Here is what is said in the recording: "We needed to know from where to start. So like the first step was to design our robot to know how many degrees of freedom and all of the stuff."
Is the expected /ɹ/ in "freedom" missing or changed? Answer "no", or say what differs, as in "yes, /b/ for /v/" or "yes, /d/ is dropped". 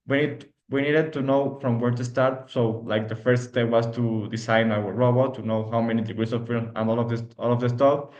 yes, /ɹ/ is dropped